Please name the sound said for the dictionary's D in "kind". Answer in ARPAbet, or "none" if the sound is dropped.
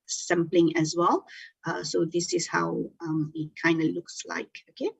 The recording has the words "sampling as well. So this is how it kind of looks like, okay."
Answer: D